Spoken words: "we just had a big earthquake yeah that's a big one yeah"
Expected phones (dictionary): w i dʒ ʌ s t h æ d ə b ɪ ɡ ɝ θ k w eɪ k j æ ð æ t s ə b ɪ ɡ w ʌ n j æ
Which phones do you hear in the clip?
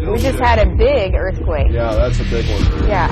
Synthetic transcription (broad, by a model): w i dʒ ʌ s t h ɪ d ə b ɪ ɡ ɝ θ k w eɪ k j æ ð æ t s ə b ɪ ɡ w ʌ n j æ